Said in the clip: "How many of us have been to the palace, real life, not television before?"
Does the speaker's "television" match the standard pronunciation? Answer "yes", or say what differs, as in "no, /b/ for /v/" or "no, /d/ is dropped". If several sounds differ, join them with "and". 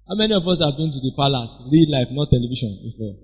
no, /ʃ/ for /ʒ/